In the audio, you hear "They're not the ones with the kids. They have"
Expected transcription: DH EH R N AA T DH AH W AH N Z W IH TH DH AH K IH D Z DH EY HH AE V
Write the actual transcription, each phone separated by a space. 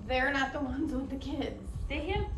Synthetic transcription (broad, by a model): DH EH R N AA T DH AH W AH N Z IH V DH AH K IH D Z DH EY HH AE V